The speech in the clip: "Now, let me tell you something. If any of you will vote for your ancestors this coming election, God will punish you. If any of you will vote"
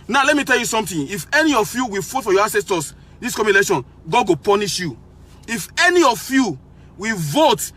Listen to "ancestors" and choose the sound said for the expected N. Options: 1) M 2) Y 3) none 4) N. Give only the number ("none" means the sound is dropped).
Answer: 3